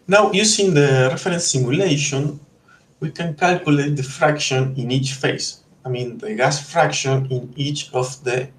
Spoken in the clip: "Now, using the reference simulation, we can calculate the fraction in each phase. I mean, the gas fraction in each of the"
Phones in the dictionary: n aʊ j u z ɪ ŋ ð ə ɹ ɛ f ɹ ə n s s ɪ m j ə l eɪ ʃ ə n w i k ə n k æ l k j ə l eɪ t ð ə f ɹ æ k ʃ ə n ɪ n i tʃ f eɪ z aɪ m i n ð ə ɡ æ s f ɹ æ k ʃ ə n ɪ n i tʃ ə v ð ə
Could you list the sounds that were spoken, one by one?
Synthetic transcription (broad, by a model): n aʊ j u s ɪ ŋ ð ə ɹ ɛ f ɹ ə n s s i m j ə l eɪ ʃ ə n w i k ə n k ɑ l k j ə l eɪ t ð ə f ɹ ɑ k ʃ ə n ɪ n i tʃ f eɪ s aɪ m i n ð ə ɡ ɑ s f ɹ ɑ k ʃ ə n ɪ n i tʃ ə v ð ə